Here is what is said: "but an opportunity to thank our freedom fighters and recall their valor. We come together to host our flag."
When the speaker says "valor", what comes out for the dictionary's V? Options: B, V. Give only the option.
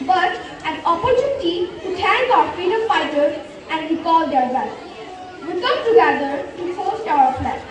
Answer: B